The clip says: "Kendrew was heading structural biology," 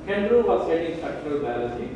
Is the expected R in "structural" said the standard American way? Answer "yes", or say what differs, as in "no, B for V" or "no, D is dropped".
yes